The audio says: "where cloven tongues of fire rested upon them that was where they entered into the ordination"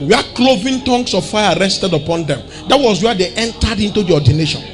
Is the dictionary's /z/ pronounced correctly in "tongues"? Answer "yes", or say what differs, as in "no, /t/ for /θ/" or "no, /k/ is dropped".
no, /s/ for /z/